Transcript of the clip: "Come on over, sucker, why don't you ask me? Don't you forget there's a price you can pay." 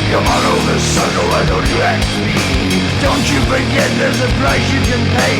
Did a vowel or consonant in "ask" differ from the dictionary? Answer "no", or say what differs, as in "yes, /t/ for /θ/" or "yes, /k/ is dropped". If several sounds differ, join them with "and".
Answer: yes, /s/ is dropped